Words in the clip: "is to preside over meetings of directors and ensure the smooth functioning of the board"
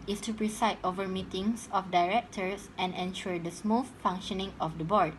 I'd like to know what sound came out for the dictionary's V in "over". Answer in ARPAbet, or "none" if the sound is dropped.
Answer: V